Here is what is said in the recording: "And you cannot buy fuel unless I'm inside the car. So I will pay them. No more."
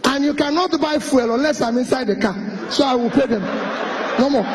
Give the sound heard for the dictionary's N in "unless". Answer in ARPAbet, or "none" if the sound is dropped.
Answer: N